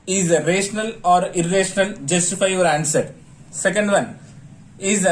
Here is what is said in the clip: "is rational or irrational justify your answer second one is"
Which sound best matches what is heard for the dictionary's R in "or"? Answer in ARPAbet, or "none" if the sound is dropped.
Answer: R